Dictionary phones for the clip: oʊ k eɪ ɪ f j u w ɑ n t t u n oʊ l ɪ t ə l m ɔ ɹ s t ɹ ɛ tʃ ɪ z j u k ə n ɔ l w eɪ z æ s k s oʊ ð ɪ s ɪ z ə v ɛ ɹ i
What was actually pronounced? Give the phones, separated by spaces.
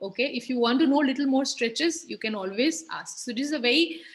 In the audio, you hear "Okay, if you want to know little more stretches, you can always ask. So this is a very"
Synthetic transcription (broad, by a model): oʊ k eɪ ɪ f j u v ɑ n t t u n oʊ l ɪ t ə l m ɔ ɹ s t ɹ ɛ tʃ ɪ z j u k ə n ɔ l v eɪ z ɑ s k s oʊ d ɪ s ɪ z ə v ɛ ɹ i